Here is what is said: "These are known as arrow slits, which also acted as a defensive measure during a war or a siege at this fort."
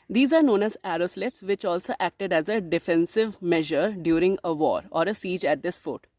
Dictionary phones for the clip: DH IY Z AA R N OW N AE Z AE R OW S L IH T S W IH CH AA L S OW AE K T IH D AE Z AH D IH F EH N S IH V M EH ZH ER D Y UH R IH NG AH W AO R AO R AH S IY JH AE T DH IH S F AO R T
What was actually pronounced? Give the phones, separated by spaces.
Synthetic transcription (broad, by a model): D IY Z AA R N OW N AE Z AE R OW S L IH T S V IH CH AA L S OW AE K T IH D AE Z AH D IH F EH N S IH V M EH ZH ER D Y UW R IH NG AH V AO R AO R AH S IY JH AE T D IH S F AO T